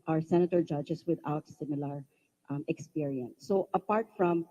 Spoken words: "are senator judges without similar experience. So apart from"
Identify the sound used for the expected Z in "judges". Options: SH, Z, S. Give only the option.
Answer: S